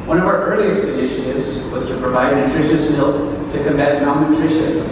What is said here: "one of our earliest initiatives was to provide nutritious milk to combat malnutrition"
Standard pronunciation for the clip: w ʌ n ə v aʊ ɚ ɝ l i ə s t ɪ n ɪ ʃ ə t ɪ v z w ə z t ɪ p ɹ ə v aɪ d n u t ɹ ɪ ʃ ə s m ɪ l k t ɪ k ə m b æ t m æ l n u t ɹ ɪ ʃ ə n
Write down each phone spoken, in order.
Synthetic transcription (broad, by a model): w ʌ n ə v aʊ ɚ ɝ l i ə s t ɪ n ɪ ʃ ə t ɪ v z w ə z t ɪ p ɹ ə v aɪ d n u t ɹ ɪ ʃ ə s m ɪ l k t ɪ k ə m b æ t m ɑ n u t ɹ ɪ ʃ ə